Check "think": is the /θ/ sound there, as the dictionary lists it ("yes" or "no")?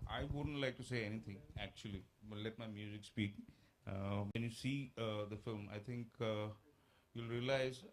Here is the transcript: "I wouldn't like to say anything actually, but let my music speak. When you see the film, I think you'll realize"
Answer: no